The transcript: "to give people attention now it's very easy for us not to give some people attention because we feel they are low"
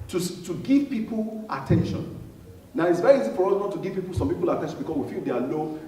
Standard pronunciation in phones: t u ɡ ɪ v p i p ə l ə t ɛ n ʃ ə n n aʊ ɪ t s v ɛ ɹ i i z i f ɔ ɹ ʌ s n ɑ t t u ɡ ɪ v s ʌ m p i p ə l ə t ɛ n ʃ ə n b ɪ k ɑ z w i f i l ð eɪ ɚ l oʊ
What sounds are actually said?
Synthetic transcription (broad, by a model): t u ɡ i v p i p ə l ə t ɛ n ʃ ə n n aʊ ɪ t s v ɛ ɹ i i z i f ɔ ɹ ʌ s n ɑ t t u ɡ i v s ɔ m p i p ə l ə t ɛ n ʃ ə n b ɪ k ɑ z w i f i l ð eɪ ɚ l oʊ